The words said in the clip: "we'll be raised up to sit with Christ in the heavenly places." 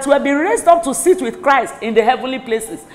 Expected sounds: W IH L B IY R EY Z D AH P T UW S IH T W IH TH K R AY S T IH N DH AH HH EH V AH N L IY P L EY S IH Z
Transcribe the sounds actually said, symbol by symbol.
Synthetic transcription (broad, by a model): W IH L B IY R EY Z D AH P T UW S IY T W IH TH K R AY S T IH N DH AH HH EH V AH N L IY P L EY S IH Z